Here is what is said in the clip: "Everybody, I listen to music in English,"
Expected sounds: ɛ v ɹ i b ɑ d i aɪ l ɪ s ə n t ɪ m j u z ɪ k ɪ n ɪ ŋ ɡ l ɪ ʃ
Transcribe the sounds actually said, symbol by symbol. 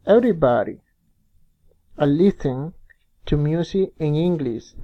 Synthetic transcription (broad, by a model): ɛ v ɹ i b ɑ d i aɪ l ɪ θ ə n t ɪ m j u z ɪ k ɪ n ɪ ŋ ɡ l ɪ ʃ